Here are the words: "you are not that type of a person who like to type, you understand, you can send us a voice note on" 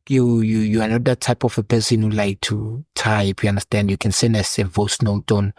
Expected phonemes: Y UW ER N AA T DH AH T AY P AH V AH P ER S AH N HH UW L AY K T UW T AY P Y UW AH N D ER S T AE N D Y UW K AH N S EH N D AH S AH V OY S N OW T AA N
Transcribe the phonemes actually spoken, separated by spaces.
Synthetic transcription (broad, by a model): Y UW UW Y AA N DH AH T AY P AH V AH P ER S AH N HH UW L AY K T UW T AY F Y UW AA N D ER S T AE N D Y UW K AH N S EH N AH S AH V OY S N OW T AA N